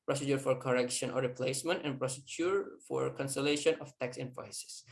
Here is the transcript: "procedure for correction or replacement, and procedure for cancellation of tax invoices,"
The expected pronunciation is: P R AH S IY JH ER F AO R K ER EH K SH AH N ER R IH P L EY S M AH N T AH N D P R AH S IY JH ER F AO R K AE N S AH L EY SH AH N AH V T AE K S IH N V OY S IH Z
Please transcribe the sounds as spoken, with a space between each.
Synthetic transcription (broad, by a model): P R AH S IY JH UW F AO R K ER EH K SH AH N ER R IH P L EY S M AH N T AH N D P R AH S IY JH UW F AO R K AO N S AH L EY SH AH N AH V T AE K S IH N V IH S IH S